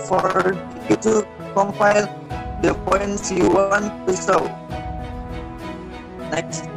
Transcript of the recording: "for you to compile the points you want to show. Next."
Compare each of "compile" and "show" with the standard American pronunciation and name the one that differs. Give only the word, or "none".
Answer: show